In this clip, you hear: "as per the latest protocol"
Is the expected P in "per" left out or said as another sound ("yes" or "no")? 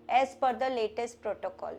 yes